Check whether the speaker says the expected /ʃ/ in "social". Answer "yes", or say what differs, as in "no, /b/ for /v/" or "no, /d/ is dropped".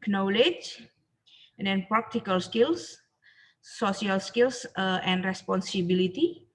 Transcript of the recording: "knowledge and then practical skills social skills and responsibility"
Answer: no, /s/ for /ʃ/